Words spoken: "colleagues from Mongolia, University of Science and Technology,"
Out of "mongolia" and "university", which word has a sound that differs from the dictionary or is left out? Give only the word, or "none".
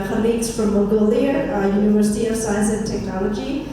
mongolia